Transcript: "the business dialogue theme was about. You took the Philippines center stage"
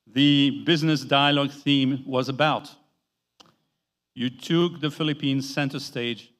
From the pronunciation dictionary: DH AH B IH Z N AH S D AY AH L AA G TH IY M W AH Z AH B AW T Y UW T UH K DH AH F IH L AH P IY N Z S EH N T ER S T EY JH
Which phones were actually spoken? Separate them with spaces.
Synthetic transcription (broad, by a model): DH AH B IH Z N AH S D AY AH L AA G TH IY M W AH Z AH B AW T Y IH T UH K DH AH F IH L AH P IY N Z S EH N T ER S T EY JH